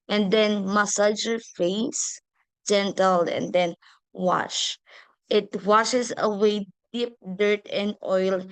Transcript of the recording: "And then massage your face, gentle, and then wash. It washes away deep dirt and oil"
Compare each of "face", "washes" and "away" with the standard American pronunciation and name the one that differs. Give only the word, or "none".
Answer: washes